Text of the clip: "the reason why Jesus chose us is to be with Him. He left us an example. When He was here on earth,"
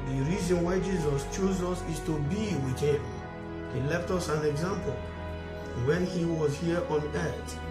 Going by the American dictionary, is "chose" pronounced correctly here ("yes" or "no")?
yes